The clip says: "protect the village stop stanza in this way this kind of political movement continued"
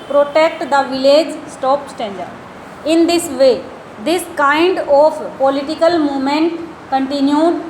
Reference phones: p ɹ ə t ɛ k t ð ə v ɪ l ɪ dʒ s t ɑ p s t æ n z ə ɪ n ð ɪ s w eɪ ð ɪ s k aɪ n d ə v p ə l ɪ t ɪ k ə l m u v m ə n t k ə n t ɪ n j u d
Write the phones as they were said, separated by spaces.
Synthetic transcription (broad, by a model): p ɹ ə t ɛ k t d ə v ɪ l ɪ dʒ s t ɑ p s t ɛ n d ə ɪ n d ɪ s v eɪ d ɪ s k aɪ n d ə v p ə l ɪ t ɪ k ə l m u m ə n t k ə n t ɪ n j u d